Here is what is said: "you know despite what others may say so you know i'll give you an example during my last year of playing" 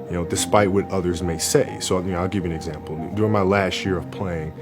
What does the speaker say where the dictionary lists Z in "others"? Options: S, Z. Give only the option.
Z